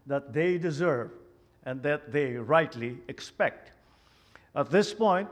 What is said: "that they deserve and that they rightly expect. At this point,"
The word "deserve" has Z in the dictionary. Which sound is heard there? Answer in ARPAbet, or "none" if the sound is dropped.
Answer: Z